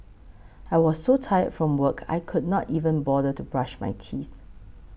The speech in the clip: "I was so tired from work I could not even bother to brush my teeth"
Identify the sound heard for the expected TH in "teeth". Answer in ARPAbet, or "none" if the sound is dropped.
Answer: TH